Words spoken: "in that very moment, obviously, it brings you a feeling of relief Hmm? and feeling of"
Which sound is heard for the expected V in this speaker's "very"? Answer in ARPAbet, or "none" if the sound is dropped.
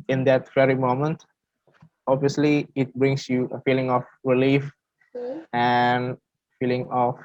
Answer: F